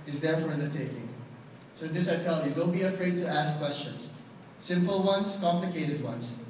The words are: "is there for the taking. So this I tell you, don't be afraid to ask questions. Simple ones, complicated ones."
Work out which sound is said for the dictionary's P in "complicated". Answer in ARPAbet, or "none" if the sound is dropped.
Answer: P